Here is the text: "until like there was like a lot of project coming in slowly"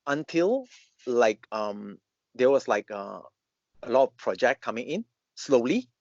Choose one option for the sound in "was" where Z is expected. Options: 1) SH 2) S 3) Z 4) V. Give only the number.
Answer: 2